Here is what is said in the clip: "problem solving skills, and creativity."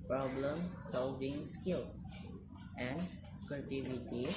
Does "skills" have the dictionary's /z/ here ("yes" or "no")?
no